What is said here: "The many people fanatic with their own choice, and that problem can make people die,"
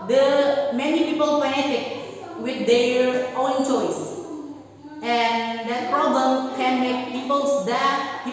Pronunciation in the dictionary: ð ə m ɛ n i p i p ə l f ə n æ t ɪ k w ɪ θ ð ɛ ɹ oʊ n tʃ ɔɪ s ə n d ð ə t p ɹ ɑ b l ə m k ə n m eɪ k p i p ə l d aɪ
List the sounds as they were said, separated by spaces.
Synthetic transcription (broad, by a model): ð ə m ɛ n i p i p ə l p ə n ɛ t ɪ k w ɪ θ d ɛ ɹ oʊ n tʃ ɔɪ s ə n d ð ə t p ɹ ɑ b l ə m k ə n m eɪ k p i p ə l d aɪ